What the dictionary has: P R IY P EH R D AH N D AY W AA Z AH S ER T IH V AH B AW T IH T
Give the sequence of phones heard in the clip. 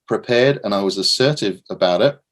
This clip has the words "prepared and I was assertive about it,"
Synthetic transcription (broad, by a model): P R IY P EH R D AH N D AY W AA Z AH S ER T IH V AH B AW T IH T